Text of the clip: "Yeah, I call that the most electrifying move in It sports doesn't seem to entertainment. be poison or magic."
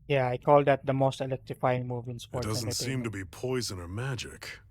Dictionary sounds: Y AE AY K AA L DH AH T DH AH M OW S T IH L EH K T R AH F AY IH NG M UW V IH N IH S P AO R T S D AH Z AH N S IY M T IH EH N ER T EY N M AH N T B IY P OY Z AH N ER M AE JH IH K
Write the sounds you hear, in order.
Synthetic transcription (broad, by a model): Y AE AY K AA L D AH T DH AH M OW S T IH L EH K T R AH F AY IH NG M UW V IH N S F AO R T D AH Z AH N S IY M T IH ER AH B IY P OY Z AH N ER M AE JH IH K